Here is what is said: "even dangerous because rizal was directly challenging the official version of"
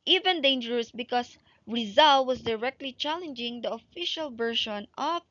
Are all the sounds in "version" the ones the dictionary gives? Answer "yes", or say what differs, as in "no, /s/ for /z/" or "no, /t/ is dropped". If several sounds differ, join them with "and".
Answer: no, /ʃ/ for /ʒ/